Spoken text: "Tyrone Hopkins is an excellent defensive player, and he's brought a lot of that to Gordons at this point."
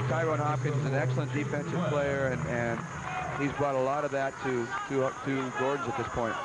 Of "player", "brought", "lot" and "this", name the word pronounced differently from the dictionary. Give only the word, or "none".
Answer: none